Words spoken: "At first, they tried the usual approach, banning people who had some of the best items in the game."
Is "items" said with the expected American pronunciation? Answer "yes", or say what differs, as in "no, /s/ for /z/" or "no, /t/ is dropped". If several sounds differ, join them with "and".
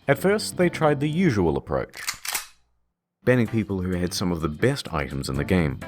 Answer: yes